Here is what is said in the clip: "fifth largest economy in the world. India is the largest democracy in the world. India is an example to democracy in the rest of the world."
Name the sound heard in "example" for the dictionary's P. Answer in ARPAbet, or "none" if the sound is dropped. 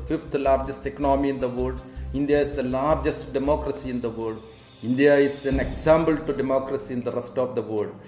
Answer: B